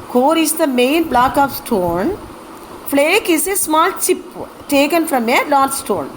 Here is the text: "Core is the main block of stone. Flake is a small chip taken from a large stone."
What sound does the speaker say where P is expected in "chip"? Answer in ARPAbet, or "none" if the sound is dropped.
P